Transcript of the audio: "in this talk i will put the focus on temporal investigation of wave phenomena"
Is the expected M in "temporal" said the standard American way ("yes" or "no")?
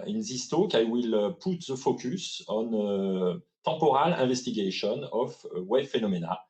no